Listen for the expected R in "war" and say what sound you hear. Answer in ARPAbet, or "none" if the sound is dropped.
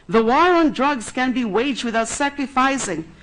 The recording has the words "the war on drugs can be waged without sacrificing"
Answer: R